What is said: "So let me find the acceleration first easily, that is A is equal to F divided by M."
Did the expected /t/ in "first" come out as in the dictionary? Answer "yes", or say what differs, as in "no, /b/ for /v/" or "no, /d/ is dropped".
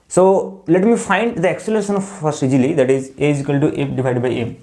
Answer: no, /t/ is dropped